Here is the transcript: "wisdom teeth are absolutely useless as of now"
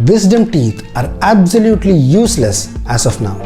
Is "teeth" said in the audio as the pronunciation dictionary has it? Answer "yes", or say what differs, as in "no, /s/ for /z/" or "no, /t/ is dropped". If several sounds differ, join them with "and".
no, /t/ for /θ/